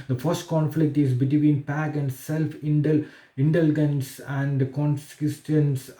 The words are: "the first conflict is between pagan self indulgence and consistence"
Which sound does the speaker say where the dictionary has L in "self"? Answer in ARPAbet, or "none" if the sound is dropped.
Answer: L